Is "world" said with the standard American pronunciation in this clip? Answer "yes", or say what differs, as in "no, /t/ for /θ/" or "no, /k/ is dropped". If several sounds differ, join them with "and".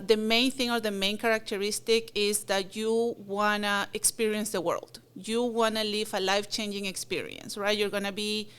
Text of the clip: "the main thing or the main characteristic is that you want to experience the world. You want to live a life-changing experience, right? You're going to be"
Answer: yes